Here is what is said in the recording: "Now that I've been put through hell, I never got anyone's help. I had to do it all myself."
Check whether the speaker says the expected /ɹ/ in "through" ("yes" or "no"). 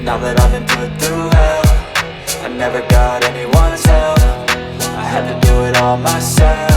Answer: no